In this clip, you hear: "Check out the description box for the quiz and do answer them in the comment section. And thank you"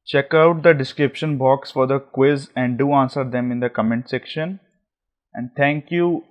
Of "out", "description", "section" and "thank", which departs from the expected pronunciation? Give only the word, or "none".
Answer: thank